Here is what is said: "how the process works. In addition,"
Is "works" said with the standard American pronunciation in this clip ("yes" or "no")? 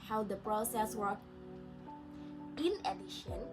no